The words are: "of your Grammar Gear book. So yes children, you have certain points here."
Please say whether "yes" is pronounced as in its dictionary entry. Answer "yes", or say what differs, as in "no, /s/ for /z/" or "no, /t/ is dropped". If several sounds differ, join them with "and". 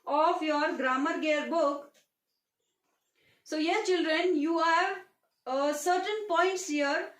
no, /s/ is dropped